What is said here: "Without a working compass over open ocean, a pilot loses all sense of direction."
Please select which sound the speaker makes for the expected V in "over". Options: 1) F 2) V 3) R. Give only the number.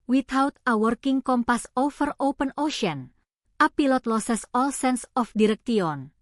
1